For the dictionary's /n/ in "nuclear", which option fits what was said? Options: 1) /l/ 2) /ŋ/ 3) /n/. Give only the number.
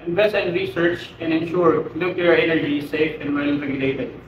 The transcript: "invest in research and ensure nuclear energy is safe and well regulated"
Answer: 1